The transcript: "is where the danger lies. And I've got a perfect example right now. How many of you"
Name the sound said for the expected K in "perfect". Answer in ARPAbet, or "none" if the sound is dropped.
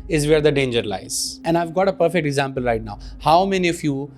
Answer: K